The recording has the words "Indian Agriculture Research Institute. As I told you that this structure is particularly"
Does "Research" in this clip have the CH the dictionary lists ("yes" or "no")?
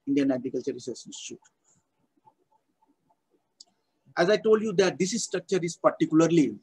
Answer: no